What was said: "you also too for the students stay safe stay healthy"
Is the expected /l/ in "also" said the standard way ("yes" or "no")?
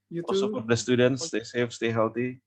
no